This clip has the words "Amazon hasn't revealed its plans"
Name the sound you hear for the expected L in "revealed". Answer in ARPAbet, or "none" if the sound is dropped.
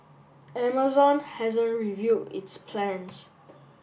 none